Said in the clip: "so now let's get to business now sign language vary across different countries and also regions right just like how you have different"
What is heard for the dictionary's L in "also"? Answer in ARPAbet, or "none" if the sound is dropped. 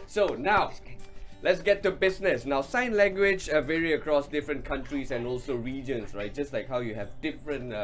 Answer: L